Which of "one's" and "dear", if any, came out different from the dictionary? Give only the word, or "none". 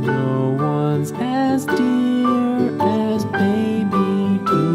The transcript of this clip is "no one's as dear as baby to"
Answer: none